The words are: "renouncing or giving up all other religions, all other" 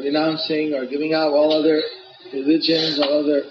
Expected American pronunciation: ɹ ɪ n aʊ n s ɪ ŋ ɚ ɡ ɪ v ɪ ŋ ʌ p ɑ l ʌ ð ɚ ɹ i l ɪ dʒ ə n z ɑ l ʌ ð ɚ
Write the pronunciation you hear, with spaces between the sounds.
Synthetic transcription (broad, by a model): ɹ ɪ n aʊ n s ɪ ŋ ɚ ɡ ɪ v ɪ ŋ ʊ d ɑ l ʌ ð ɚ ɹ i l ɪ dʒ ə n z ɑ l ʌ ð ɚ